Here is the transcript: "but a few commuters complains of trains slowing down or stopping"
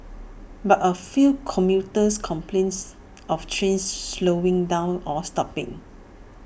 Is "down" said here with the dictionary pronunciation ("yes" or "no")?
yes